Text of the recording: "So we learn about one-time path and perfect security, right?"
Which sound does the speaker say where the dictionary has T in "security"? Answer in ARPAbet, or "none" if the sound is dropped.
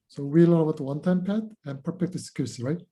S